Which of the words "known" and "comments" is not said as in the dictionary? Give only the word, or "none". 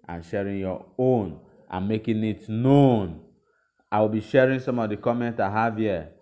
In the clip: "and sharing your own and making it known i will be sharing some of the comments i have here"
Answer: comments